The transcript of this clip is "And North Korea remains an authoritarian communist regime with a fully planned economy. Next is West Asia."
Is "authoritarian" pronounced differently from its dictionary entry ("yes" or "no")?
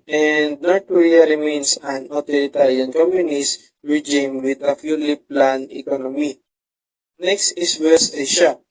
yes